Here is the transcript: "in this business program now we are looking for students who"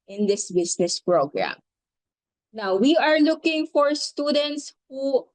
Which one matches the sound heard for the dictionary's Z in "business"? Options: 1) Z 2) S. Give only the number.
2